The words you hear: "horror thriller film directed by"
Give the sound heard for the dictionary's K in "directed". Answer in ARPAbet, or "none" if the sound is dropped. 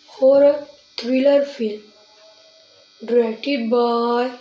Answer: none